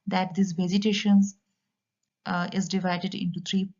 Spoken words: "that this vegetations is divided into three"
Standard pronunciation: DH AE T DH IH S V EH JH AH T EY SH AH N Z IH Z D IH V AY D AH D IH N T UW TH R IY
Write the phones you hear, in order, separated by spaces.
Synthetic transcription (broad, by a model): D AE T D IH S V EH Z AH T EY SH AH N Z IH Z D IH V AY D AH D IH N T UW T R IY